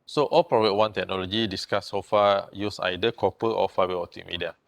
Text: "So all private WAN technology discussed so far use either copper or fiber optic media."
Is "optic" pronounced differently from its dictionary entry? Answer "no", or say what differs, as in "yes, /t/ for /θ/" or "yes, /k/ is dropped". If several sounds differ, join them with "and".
yes, /p/ is dropped